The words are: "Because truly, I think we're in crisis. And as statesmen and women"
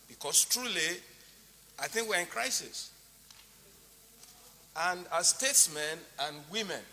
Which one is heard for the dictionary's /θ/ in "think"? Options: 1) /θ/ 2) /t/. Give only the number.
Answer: 1